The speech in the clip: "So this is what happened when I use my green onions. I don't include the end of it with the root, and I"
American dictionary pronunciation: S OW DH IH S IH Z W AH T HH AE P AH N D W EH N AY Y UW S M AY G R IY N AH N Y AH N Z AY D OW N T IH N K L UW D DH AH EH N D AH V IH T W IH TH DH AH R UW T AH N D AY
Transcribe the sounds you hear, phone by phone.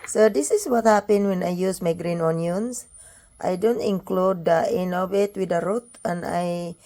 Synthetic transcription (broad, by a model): S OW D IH S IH S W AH T HH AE P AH N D W EH N AY Y UW S M AY G R IY N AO N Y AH N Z AY D OW N T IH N K L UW D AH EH N AH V IH T W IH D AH R UW T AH N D AY